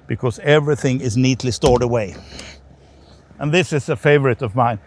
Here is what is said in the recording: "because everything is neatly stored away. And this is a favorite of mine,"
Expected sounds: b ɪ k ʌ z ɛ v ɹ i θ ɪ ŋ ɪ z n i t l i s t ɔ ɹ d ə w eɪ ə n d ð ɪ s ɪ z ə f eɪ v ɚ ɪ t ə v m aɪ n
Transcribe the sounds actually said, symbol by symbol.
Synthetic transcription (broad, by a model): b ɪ k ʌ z ɛ v ɹ i θ ɪ ŋ ɪ z n i t l i s t ɔ ɹ d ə w eɪ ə n ð ɪ s ɪ z ə f eɪ v ɚ ɪ t ə v m aɪ n